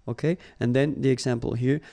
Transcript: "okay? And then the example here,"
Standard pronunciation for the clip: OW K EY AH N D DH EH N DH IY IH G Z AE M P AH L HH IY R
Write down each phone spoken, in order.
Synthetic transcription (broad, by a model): OW K EY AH N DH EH N DH IY IH G Z AE M P AH L HH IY R